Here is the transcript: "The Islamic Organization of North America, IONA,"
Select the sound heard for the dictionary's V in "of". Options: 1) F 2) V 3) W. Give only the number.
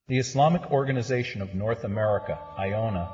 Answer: 2